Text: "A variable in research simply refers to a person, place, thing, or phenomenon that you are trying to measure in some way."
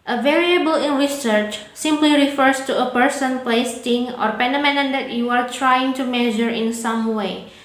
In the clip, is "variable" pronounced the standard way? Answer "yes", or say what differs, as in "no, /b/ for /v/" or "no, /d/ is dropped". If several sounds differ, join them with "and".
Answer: yes